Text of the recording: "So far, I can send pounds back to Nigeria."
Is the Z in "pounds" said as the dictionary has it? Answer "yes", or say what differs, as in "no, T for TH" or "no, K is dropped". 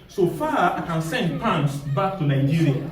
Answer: no, S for Z